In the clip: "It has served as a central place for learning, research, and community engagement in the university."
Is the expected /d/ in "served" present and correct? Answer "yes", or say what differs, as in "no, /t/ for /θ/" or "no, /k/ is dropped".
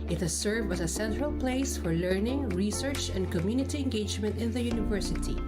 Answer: no, /d/ is dropped